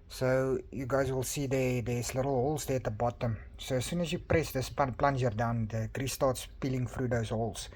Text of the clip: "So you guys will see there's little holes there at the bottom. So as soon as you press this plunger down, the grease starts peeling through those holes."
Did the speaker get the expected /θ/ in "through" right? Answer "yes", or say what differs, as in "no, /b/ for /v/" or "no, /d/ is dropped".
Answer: no, /f/ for /θ/